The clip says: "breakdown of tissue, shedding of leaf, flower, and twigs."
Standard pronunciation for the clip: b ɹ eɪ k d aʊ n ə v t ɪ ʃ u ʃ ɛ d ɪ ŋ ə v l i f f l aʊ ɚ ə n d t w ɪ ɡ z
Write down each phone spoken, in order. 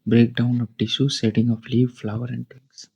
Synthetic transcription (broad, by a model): b ɹ eɪ k d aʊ n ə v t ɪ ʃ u s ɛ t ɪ ŋ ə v l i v f l aʊ ɚ ə n d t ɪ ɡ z